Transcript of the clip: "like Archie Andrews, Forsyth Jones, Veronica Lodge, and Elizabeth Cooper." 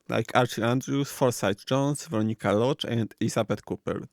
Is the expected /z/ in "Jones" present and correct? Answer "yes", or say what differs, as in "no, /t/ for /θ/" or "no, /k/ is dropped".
no, /s/ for /z/